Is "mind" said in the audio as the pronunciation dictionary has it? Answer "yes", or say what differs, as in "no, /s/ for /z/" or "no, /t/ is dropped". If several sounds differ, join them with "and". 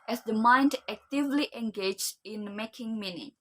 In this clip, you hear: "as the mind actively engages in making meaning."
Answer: yes